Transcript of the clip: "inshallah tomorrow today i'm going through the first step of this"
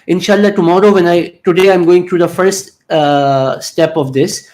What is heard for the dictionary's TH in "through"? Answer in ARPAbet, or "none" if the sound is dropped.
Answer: T